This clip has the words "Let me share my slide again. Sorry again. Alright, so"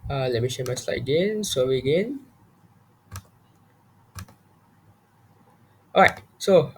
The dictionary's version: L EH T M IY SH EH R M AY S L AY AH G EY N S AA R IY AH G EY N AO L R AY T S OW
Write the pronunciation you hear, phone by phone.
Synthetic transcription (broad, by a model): L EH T M IY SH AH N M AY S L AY AH G EY N S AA W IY AH G EY N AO R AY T S OW